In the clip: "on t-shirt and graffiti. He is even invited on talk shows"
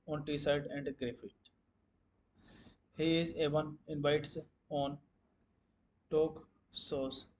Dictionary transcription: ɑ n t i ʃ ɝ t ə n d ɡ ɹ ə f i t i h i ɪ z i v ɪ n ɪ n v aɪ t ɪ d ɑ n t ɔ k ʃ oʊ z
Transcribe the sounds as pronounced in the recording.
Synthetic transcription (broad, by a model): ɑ n t i s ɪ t ə n d ɡ ɹ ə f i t h i ɪ z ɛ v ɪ n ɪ n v aɪ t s ɑ n t ɔ k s oʊ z